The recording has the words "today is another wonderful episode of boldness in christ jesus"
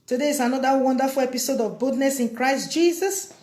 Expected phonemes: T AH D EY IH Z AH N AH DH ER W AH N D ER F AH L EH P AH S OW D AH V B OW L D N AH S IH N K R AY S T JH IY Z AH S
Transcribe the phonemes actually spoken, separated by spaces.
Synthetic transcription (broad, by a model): T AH D EY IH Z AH N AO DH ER W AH N D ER F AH L EH P AH S OW D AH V B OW D N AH S IH N K R AY S T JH IY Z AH S